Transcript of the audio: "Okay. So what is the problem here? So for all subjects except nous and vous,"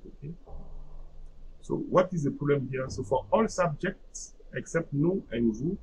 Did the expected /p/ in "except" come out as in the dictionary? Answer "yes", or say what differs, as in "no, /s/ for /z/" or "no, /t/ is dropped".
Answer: yes